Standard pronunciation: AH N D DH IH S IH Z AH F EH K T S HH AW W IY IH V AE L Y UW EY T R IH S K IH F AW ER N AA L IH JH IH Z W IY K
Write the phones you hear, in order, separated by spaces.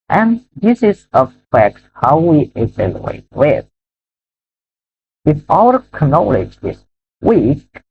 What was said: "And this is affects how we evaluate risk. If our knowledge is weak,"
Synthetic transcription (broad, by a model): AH N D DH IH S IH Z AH F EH K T HH AW W IY IH V AE L Y UW EY T W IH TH IH F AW ER N AA L IH JH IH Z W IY K